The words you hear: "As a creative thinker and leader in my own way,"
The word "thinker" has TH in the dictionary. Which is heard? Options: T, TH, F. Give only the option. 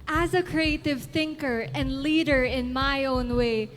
TH